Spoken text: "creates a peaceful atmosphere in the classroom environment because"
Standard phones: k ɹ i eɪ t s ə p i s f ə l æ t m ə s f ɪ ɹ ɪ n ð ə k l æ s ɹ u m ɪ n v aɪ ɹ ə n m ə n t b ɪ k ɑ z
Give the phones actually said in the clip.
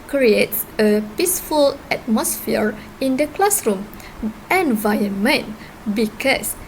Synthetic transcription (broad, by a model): k ɹ i eɪ t s ə p i s f ə l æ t m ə s f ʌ ɹ ɪ n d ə k l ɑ s ɹ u m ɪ n v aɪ ə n m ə n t b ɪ k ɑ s